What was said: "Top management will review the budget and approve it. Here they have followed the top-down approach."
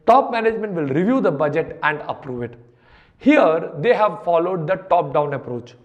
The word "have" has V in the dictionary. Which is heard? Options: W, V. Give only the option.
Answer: V